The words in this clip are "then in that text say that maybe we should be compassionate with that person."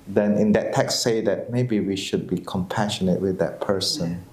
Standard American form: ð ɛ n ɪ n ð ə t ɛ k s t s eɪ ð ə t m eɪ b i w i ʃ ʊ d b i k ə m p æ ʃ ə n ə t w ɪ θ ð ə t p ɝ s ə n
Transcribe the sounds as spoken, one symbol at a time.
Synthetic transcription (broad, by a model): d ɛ n ɪ n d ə t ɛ k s s eɪ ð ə t m eɪ b i w i ʃ ʊ d b i k ə m p æ ʃ ə n ə t w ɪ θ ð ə t p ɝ s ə n